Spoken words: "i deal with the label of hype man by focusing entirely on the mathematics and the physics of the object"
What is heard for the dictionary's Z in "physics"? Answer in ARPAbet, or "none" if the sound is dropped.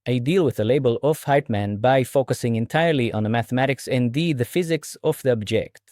Z